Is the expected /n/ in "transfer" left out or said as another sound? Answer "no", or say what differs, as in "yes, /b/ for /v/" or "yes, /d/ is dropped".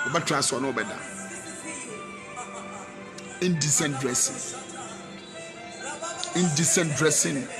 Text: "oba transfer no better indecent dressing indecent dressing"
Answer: yes, /n/ is dropped